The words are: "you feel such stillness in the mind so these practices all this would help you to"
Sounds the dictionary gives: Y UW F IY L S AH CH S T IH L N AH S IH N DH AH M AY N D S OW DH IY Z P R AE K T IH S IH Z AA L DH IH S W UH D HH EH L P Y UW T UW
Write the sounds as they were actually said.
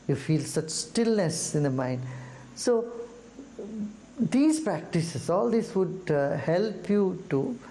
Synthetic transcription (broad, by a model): Y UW F IY L S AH CH S T IH L N AH S IH N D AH M AY N D S OW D IY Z P R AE K T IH S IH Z AA L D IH S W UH D HH EH L P Y UW T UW